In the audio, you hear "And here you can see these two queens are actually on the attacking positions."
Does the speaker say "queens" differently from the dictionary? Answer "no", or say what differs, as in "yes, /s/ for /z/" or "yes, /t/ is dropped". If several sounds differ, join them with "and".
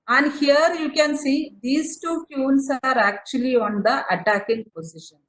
yes, /s/ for /z/